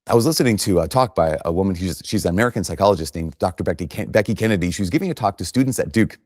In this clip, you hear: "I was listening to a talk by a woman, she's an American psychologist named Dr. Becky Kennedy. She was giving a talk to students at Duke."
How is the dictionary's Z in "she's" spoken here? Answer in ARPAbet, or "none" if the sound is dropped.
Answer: Z